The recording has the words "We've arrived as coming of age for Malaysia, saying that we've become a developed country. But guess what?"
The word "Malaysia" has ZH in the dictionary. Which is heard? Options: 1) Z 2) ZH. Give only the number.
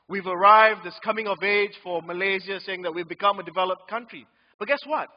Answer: 1